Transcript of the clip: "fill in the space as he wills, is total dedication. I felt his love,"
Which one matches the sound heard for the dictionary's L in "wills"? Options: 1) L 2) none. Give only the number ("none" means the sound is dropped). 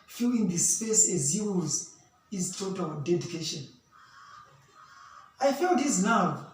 2